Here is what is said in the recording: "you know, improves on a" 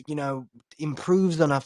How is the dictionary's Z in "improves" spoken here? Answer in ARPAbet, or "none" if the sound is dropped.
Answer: Z